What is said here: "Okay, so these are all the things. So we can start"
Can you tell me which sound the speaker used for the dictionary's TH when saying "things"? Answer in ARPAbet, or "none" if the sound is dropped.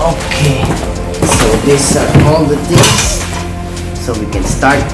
T